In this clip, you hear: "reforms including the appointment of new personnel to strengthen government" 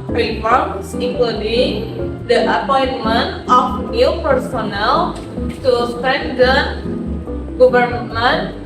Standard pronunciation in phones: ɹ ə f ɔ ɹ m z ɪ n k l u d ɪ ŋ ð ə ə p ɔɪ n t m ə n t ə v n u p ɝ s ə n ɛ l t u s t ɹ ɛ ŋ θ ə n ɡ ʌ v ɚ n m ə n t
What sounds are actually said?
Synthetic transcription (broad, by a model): ɹ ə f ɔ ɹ m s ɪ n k l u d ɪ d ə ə p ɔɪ n m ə n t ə f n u p ɝ s ə n ɛ l t u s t ɛ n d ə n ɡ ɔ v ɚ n m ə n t